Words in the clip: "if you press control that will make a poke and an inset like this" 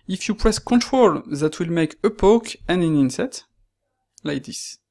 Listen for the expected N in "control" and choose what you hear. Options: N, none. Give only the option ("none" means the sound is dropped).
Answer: N